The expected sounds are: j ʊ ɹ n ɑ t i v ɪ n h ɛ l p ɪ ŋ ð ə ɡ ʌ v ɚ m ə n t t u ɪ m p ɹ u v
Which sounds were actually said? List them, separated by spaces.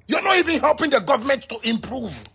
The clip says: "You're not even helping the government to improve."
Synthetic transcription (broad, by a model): j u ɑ n ɑ t i v ɪ n h ɛ l p ɪ ŋ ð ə ɡ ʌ v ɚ m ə n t t u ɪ m p ɹ u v